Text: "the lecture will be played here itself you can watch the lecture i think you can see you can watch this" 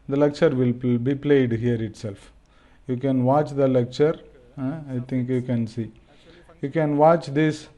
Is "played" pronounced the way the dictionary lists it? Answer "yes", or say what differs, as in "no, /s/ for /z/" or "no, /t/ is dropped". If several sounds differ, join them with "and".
yes